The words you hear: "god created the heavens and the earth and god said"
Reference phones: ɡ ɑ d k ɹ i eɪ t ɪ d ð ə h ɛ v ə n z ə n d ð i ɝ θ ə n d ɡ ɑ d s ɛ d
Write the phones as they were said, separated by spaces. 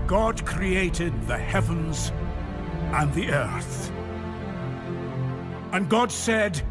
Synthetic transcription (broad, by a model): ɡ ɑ d k ɹ i eɪ t ɪ d ð ə h ɛ v ə n z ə n ð i ɝ θ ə n ɡ ɑ d s ɛ d